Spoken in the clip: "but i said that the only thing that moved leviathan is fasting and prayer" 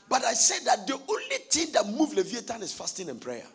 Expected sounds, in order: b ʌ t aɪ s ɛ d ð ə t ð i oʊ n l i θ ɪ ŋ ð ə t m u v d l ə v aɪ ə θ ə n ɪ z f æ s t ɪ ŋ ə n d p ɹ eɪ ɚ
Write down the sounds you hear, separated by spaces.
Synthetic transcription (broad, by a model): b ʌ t aɪ s ɛ d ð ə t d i oʊ n l i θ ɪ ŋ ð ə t m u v l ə v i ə t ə n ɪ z f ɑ s t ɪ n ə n p ɹ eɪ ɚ